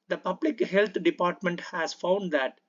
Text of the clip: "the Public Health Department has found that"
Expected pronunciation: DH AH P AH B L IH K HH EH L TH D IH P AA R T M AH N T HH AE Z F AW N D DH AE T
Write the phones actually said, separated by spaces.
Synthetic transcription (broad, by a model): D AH P AH B L IH K HH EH L T D IH P AA R T M AH N T HH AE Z F AW N D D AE T